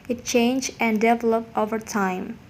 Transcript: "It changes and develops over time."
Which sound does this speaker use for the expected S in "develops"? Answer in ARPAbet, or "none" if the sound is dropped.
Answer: none